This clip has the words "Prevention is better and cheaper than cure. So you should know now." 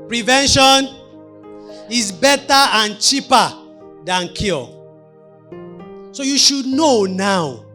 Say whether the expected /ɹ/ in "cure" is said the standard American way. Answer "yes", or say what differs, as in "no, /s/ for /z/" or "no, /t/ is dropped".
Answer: no, /l/ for /ɹ/